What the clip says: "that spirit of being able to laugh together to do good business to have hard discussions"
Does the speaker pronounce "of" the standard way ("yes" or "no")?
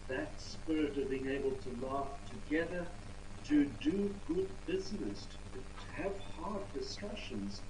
yes